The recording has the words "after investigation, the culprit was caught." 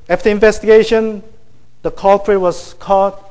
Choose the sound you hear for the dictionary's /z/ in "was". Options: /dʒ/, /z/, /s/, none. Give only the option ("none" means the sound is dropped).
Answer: /s/